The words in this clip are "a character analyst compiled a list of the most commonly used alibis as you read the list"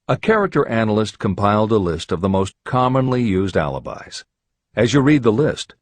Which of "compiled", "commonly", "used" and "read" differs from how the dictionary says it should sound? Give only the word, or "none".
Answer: none